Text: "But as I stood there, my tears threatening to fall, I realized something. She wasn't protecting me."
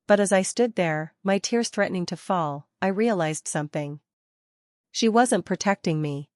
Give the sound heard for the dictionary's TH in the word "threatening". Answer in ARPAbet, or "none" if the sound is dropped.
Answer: TH